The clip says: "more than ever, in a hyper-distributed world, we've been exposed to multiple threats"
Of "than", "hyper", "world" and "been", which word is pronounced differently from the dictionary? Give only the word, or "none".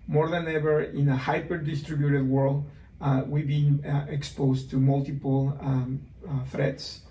none